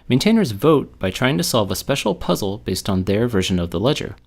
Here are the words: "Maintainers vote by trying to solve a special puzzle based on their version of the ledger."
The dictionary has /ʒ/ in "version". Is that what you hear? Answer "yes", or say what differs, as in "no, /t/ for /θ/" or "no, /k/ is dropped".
yes